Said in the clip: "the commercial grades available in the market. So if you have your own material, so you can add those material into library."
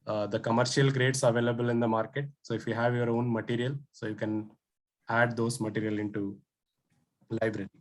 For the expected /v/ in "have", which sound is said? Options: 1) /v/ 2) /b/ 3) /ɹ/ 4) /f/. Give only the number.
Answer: 1